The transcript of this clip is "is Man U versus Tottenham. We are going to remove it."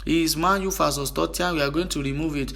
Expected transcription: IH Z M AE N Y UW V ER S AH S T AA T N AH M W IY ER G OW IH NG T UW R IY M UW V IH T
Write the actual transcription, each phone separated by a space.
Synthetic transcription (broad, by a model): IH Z M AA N Y UW F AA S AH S T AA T AH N W IY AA G OW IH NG T UW R IY M UW V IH T